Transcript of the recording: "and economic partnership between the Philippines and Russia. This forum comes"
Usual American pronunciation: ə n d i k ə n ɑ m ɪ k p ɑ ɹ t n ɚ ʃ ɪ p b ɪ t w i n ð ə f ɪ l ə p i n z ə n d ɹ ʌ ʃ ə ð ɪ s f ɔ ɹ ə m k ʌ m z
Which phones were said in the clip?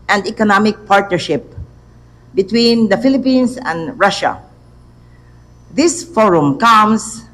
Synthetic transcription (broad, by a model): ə n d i k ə n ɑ m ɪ k p ɑ ɹ t n ɚ ʃ ɪ p b ɪ t w i n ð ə f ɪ l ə p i n s ə n d ɹ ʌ ʃ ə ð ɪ s f ɔ ɹ ə m k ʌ m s